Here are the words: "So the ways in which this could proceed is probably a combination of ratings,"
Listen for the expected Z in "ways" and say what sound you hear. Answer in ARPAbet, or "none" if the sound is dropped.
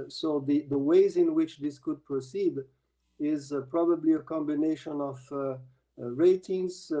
Z